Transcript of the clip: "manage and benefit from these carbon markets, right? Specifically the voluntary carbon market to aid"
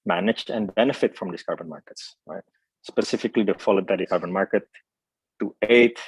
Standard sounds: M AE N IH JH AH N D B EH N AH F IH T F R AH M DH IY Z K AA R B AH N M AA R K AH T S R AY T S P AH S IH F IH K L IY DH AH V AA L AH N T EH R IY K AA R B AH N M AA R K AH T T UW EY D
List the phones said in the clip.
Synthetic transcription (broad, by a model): M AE N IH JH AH N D B EH N AH F IH T F R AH M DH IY S K AA R B AH N M AA R K AH T S R AY T S P AH S IH F IH K L IY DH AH F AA L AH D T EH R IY K AA R B AH N M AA R K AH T T UW EY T